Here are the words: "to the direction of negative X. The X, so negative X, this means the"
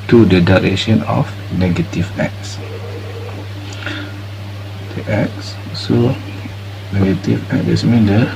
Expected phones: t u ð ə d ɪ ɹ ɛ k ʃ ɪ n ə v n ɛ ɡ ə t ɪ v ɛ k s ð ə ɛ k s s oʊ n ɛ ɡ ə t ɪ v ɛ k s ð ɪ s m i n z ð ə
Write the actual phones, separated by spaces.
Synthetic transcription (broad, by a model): t u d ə d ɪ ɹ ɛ ʃ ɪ n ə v n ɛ ɡ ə t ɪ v ɛ k s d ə ɛ k s s oʊ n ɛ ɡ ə t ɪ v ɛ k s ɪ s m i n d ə